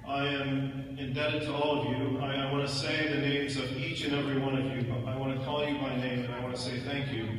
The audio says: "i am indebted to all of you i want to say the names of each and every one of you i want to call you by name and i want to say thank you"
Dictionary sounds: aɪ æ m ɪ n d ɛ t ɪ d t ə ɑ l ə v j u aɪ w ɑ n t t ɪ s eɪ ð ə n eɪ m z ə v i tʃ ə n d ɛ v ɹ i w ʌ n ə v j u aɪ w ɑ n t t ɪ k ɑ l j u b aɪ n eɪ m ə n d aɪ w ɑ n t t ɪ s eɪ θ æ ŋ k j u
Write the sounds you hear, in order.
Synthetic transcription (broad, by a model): aɪ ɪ m ɪ n d ɛ t ɪ d t ə ɑ l ə v j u aɪ w ɑ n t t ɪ s eɪ ð ə n eɪ m z ə v i tʃ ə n ɛ v ɹ i w ʌ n ə v j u aɪ w ɑ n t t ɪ k ɑ l j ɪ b aɪ n eɪ m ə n aɪ w ɑ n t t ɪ s eɪ θ æ ŋ k j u